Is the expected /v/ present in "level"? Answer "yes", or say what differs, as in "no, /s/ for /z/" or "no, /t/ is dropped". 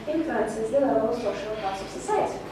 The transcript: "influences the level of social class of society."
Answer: no, /v/ is dropped